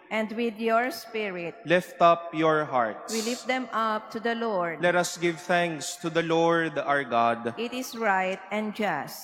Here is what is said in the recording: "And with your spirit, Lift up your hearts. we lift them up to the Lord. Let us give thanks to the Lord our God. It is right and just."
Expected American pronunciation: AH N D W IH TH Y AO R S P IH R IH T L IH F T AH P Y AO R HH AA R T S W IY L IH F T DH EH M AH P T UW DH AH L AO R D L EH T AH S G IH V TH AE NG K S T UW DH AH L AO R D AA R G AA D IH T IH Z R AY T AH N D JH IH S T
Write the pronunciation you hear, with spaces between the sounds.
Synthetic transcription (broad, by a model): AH N D W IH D Y AO R S P IH R IH T L IH F T AH P Y AO R HH AA R T W IY L IH F T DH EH M AH P T UW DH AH L AO R D L EH T AH S G IH V TH AE NG K S T UW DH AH L AO R D AA R G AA D IH T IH S R AY T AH N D JH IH S T